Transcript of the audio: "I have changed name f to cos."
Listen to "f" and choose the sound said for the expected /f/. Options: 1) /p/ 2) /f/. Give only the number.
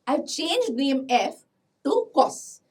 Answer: 2